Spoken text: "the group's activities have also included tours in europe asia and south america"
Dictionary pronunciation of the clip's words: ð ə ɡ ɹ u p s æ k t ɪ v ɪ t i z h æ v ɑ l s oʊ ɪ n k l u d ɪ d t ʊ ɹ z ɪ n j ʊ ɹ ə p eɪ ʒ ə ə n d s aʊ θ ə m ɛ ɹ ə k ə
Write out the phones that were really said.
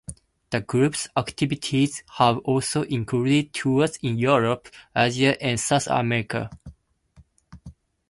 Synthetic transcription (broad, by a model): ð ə ɡ ɹ u p s æ k t ɪ v ɪ t i z h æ v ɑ l s oʊ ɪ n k u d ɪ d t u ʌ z ɪ n j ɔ ɹ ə p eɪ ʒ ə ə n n s aʊ θ ə m ɛ ɹ ə k ə